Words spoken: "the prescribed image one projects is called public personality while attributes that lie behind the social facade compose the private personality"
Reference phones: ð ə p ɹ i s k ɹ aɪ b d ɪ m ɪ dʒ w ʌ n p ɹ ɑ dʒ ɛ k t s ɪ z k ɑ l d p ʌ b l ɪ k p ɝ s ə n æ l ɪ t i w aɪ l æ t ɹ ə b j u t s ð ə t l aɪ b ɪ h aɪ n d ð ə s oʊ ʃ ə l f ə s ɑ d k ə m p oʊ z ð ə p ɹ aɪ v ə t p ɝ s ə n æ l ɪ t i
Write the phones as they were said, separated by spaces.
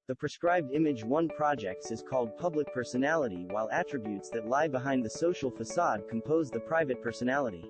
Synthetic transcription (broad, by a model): ð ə p ɹ i s k ɹ aɪ b d ɪ m ɪ dʒ w ʌ n p ɹ ɑ dʒ ɛ k t s ɪ z k ɑ l d p ʌ b l ɪ k p ɝ s ə n æ l ɪ t i w aɪ l æ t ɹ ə b j u t s ð ə t l aɪ b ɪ h aɪ n ð ə s oʊ ʃ l f ə s ɑ d k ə m p oʊ z ð ə p ɹ aɪ v ə t p ɝ s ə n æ l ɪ t i